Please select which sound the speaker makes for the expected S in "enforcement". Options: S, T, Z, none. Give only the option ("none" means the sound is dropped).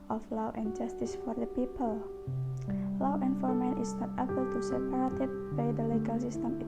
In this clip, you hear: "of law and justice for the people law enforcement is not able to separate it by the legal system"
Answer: none